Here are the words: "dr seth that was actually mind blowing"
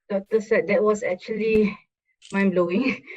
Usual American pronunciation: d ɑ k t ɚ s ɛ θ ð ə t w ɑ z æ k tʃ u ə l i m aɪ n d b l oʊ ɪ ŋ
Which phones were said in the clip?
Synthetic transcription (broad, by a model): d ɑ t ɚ s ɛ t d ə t w ɑ s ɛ k tʃ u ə l i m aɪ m b l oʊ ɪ ŋ